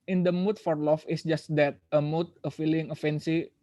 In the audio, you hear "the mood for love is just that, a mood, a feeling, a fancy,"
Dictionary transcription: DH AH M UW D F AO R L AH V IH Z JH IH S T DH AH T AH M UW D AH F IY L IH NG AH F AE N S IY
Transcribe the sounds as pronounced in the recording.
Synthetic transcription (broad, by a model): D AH M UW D F AO R L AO F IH S JH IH S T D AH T AH M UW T AH F IY L IH NG AH F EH N S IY